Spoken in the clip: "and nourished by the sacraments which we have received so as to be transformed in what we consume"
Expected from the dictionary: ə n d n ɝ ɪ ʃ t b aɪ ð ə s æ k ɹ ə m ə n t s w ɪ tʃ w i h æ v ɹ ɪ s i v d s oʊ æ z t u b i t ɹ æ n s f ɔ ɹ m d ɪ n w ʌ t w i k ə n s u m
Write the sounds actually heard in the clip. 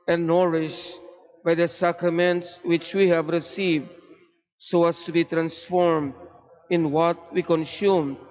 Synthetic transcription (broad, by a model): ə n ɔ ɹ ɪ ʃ b aɪ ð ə s æ k ɹ ə m ə n t s w ɪ tʃ w i h æ v ɹ ɪ s i v d s oʊ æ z t u b i t ɹ æ n s f ɔ ɹ m d ɪ n w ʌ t w i k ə n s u m